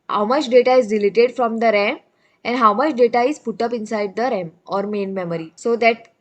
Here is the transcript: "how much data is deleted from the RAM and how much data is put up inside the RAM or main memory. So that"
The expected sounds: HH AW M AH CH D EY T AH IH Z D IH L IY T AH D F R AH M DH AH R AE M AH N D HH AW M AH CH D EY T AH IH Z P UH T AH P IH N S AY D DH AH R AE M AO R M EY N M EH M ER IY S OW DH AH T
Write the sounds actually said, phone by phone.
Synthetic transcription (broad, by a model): HH AW M AH CH D EY T AH IH Z D IH L IY T AH D F R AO M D AH R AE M AH N D HH AW M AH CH D EY T AH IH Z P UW T AH P IH N S AY D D AH R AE M AO R M EY N M EH M ER IY S OW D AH T